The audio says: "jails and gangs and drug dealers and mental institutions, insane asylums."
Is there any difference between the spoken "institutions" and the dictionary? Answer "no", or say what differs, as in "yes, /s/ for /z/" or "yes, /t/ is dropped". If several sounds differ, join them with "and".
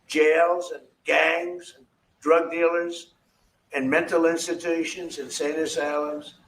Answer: no